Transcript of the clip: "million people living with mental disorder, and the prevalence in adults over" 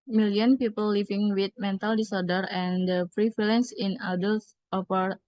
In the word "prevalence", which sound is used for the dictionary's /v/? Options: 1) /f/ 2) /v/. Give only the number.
1